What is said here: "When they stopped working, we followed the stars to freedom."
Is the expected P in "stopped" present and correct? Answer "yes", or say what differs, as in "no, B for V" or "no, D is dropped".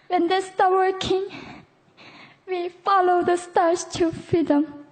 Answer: no, P is dropped